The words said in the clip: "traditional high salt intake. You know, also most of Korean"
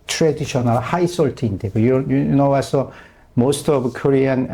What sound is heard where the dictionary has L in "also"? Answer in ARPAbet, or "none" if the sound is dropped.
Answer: none